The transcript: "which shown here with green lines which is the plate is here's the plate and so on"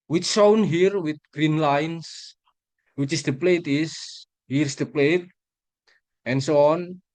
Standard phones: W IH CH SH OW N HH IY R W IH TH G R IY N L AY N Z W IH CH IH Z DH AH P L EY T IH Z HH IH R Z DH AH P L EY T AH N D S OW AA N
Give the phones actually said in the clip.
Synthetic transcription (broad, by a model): W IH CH S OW N HH IY R W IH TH G R IY N L AY N S W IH CH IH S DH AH P L EY T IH S HH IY R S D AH P L EY T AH N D S OW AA N